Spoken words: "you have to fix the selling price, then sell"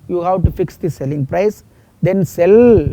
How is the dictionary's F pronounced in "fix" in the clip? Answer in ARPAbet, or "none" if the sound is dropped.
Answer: F